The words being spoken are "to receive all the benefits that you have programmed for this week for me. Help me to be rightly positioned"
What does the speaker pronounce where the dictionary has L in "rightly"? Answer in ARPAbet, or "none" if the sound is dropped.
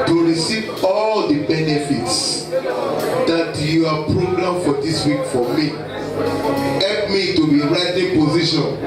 none